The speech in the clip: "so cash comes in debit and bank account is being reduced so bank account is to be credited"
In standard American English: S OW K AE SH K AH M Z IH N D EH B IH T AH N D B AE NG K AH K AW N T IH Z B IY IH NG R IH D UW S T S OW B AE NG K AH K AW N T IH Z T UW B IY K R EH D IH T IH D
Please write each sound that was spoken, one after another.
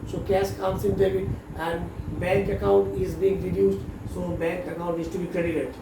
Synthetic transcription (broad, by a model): S OW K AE S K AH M S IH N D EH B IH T AH N D B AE NG K AH K AW N T IH Z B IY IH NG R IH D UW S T S OW B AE NG K AH K AW N T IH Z T UW B IY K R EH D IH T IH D